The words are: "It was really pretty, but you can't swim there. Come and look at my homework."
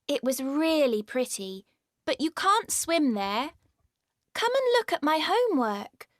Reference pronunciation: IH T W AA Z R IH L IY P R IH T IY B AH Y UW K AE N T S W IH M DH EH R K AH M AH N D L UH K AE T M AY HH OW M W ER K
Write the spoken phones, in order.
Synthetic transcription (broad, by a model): IH T W AA Z R IH L IY P R IH T IY B AH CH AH K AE N T S W IH M DH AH R K AH M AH N L UH K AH T M AY HH OW M W ER K